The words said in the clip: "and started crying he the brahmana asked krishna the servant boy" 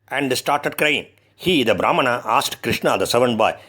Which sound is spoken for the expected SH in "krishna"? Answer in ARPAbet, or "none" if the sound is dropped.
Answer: SH